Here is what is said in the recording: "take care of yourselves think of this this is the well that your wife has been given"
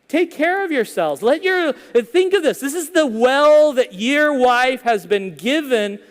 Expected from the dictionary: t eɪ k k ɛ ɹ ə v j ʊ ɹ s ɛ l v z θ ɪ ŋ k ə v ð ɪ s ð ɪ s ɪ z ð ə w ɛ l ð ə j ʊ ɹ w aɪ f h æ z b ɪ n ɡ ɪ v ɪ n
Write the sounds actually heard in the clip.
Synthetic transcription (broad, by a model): t eɪ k k ɛ ɹ ə v j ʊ ɹ s ɛ l v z θ ɪ ŋ k ə v ð ɪ s ð ɪ s ɪ z ð ə w ɛ l ð ə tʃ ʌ ɹ w aɪ f h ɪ z b ɪ n ɡ ɪ v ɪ n